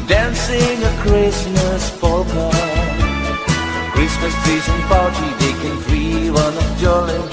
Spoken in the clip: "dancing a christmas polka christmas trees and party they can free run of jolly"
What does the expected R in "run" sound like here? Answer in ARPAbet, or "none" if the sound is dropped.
W